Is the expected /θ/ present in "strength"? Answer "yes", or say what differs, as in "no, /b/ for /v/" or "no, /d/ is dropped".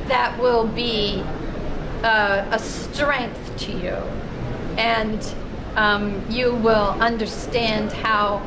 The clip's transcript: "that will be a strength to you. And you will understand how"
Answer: yes